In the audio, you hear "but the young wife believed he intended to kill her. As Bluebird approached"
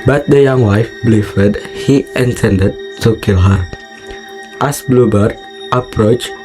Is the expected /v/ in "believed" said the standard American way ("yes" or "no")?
no